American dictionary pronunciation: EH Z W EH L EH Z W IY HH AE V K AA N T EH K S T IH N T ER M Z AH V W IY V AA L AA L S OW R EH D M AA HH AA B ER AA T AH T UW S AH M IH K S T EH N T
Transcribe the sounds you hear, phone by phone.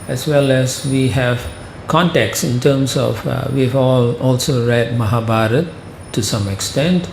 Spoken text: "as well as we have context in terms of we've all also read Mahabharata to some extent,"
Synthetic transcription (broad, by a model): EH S W EH L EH S W IY HH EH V K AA N T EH K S IH N T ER M S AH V W IY V AA L AA L S OW R EH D M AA HH AA B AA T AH T UW S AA M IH K S T EH N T